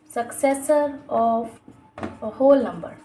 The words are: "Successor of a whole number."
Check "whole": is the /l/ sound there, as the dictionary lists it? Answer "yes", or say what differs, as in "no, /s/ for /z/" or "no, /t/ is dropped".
yes